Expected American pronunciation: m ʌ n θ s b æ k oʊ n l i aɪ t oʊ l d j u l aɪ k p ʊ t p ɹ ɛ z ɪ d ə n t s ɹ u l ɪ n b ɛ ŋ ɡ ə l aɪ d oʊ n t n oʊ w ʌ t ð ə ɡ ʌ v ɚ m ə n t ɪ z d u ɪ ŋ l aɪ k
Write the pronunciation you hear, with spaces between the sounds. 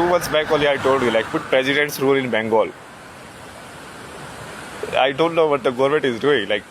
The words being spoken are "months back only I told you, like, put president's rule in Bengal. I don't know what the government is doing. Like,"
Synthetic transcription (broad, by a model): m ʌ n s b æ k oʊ l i aɪ t oʊ l d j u l aɪ k p ʊ t p ɹ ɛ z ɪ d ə n t s ɹ u l ɪ n b ɛ ŋ ɡ ə l aɪ d oʊ n t n oʊ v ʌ t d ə ɡ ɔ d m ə t ɪ z d u ɪ ŋ l aɪ k